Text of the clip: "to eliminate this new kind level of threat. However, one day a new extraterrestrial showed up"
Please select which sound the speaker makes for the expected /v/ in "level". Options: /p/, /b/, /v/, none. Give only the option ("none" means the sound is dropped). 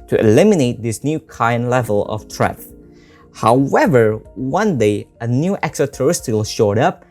/v/